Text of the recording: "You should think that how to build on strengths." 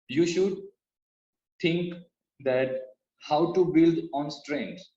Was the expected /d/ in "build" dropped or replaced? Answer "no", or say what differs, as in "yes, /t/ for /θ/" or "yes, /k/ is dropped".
no